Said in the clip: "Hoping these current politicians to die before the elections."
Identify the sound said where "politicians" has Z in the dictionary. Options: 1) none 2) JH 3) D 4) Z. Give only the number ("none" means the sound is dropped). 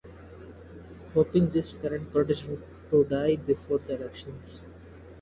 1